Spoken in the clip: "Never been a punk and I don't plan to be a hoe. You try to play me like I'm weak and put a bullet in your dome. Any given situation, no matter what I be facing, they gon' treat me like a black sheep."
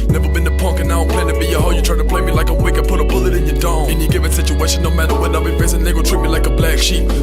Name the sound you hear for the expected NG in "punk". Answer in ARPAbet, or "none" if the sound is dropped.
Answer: NG